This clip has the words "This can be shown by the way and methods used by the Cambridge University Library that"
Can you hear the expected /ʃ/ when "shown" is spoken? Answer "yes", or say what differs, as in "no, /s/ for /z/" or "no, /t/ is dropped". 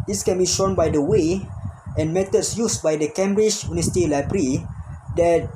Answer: yes